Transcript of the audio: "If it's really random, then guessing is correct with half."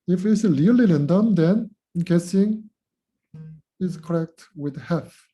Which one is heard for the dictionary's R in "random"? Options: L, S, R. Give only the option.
L